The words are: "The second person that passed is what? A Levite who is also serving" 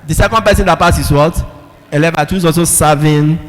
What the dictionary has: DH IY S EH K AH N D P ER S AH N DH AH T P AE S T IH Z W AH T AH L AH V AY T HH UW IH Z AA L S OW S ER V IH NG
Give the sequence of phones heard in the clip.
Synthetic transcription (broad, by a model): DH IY S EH K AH N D P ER S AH N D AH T P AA S IH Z W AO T AH L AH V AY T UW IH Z AA L S OW S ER V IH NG